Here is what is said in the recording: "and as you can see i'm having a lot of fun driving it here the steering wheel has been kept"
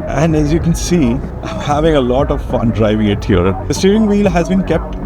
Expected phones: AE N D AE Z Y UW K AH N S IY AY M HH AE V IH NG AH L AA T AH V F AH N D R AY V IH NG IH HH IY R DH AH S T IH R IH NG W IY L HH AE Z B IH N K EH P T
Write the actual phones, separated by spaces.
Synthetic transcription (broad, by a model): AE N D AE Z Y UW K AH N S IY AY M HH AE V IH NG AH L AA T AH V F AH N D R AY V IH NG IH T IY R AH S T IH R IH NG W IY L HH AE Z B IH N K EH P T